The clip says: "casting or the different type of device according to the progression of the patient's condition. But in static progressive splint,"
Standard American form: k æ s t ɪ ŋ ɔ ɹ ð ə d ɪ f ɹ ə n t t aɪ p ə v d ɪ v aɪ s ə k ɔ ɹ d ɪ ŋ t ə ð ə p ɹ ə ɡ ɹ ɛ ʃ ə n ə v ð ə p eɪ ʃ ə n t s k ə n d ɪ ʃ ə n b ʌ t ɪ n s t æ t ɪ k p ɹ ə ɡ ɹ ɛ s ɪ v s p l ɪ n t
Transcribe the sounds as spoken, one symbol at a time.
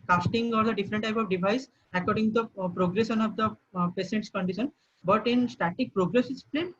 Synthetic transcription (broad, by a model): k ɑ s t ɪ ŋ ɔ ɹ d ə d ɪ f ɹ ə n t t aɪ p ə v d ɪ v aɪ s ə k ɔ ɹ d ɪ ŋ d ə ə p ɹ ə ɡ ɹ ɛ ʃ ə n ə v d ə p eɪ s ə n t s k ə n d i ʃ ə n b ʌ t ɪ n s t æ t ɪ k p ɹ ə ɡ ɹ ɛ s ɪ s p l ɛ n